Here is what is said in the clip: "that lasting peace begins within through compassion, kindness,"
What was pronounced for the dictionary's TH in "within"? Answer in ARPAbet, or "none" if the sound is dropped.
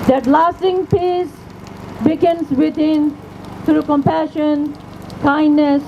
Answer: T